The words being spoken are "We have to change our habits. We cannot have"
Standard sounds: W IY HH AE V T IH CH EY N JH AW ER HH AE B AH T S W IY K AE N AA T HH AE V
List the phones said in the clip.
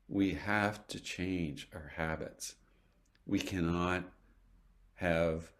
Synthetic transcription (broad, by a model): W IY HH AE F T IH CH EY N JH AW ER HH AE B AH T S W IY K AE N AA T HH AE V